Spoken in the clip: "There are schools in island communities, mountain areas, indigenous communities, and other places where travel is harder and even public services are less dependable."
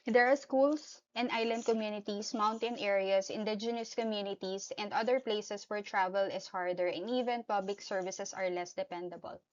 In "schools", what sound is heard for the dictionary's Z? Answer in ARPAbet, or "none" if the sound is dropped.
S